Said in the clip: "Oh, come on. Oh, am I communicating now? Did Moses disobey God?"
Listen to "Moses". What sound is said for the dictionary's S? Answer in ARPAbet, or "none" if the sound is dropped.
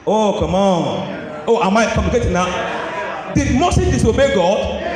none